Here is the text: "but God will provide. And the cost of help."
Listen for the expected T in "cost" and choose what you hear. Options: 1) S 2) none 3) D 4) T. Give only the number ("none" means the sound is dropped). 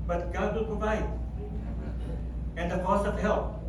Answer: 2